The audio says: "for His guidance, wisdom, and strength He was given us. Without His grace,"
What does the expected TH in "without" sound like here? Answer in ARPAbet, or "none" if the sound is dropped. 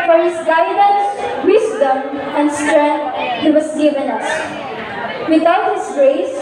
T